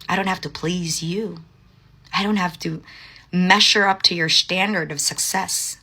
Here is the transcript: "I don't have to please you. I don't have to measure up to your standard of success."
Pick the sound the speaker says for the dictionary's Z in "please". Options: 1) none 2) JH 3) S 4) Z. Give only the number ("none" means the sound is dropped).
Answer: 4